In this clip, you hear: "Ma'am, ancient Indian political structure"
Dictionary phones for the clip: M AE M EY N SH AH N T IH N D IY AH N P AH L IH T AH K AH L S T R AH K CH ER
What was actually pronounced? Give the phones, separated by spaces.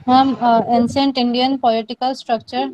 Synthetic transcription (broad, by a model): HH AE M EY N S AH N T IH N D IY AH N P AH L IH T AH K AH L S T R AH K CH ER